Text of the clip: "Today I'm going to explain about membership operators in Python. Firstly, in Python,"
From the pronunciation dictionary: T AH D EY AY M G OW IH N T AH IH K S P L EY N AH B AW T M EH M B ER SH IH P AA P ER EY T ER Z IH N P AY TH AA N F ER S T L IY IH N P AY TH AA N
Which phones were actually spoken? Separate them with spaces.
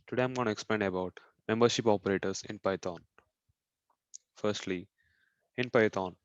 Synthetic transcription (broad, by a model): T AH D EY AY M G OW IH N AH K S P L EY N AH B AW T M EH M B ER SH IH P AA P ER EY T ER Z IH N P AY T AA N F ER S T L IY IH N P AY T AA N